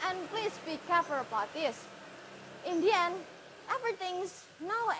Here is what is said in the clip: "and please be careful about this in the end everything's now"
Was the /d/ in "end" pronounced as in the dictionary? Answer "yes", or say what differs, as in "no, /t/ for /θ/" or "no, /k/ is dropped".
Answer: no, /d/ is dropped